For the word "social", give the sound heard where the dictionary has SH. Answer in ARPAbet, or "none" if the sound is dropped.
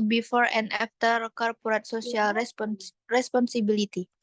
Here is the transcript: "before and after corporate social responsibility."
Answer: S